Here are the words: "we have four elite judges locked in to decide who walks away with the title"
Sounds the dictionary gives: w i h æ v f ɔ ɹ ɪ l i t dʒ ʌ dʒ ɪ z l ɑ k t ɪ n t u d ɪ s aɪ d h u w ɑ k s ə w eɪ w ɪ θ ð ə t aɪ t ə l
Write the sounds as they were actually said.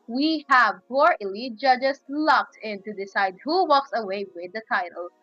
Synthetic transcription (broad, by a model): w i h æ v p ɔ ɹ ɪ l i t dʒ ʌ dʒ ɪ s l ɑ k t ɪ n t u d ɪ s aɪ d h u w ɑ k s ə w eɪ w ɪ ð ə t aɪ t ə l